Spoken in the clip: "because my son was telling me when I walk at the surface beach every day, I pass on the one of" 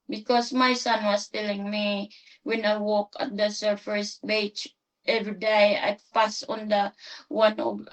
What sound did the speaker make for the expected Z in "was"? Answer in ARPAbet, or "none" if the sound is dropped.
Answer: S